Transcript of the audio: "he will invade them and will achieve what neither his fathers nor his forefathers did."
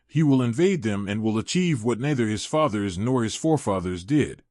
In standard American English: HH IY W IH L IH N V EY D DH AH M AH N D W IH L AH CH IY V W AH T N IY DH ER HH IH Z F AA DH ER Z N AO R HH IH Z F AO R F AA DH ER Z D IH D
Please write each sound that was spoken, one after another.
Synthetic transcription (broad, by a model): HH IY W IH L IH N V EY D DH AH M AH N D W IH L AH CH IY V W AH T N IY DH ER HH IH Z F AA DH ER Z N AO R HH IH Z F AO R F AA DH ER Z D IH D